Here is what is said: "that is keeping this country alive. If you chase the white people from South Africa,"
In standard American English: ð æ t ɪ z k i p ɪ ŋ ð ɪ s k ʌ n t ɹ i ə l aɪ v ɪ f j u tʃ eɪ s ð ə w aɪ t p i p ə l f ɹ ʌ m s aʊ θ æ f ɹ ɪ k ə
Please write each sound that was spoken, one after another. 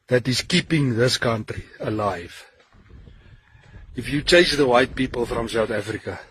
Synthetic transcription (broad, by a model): ð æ t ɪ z k i p ɪ ŋ ð ɪ s k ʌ n t ɹ i ə l aɪ v ɪ f j u tʃ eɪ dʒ ð ə w aɪ t p i p ə l f ɹ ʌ m s aʊ θ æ f ɹ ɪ k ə